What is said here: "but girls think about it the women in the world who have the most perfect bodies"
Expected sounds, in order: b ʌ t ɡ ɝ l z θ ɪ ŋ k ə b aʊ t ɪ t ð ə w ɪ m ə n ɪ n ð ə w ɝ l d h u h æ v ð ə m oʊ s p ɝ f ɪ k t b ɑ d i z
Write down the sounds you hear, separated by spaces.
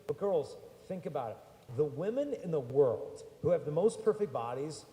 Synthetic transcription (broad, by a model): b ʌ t ɡ ɝ l z θ ɪ ŋ k ə b aʊ t ɪ t ð ə w ɪ m ə n ɪ n ð ə w ɝ l d h u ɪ v ð ə m oʊ s p ɝ f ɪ k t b ɑ d i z